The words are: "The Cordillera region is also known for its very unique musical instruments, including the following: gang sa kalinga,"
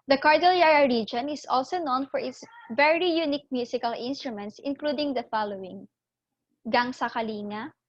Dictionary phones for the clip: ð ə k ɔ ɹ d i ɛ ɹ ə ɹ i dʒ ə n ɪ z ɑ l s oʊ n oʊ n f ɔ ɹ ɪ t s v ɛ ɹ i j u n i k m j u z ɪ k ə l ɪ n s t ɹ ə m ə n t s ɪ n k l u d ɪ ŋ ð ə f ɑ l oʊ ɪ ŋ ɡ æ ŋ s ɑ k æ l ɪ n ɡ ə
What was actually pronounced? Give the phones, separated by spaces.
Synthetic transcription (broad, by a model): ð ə k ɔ ɹ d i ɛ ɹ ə ɹ i dʒ ə n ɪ s ɑ l s oʊ n oʊ n f ɔ ɹ ɪ t s v ɛ ɹ i j u n i k m j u s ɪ k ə l ɪ n s t ɹ ə m ə n t s ɪ n k l u d ɪ ŋ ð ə f ɑ l oʊ ɪ ŋ ɡ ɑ ŋ s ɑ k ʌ l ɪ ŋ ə